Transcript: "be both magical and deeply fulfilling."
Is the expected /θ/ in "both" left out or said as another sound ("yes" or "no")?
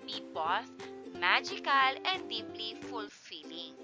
yes